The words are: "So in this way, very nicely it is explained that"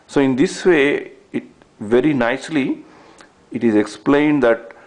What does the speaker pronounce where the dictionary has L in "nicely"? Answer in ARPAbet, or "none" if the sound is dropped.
L